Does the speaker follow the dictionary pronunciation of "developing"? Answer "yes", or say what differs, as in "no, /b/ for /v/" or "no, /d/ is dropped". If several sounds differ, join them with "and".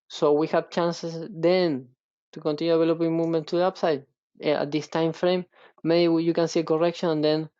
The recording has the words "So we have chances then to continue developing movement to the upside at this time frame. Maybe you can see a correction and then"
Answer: no, /v/ is dropped